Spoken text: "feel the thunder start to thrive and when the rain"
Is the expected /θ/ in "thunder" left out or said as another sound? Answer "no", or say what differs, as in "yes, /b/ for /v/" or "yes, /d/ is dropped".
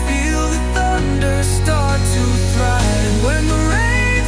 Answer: no